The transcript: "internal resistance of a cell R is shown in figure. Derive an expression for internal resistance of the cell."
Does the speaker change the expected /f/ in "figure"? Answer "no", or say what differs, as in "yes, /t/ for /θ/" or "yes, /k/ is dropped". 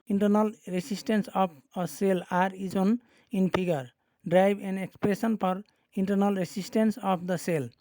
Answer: yes, /p/ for /f/